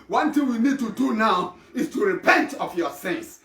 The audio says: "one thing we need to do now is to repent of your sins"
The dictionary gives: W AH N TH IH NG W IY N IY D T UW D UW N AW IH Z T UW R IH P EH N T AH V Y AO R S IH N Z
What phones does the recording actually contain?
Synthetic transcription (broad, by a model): W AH N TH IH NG W IY N IY D T UW D UW N AW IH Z T UW R IH P EH N T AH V Y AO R S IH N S